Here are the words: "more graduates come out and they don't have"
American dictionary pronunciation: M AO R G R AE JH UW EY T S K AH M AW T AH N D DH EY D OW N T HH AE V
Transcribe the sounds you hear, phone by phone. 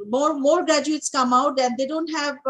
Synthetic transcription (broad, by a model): M AO R G R AE JH UW EY T S K AH M AW T AH N D EY D OW N T HH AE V